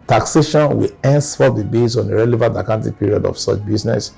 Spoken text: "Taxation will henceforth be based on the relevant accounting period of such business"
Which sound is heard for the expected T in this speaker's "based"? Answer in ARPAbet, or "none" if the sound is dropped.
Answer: none